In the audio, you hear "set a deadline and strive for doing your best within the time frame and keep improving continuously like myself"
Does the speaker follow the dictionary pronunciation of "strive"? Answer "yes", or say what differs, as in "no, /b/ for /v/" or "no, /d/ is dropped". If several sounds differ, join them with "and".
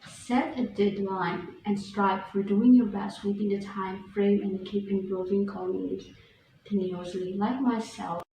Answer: no, /p/ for /v/